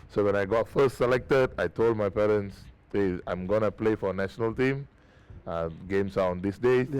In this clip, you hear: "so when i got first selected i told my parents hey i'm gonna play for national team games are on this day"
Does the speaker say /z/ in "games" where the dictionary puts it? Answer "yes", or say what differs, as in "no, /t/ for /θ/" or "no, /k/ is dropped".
no, /s/ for /z/